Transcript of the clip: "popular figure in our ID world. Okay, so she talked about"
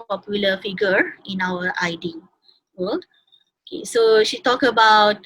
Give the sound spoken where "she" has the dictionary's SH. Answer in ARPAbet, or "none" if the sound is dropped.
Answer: SH